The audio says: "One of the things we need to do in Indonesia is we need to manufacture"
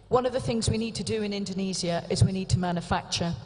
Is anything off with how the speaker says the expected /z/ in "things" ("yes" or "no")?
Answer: no